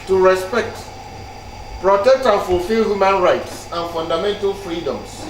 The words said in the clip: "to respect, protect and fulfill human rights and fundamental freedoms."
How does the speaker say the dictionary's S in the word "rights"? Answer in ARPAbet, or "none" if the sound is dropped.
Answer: S